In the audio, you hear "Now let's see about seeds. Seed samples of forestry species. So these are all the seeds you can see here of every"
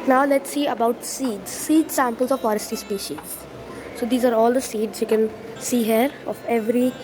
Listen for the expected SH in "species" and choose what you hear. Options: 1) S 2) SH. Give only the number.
2